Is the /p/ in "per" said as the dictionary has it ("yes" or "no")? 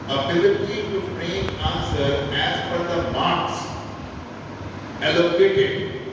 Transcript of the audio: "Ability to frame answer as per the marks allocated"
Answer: no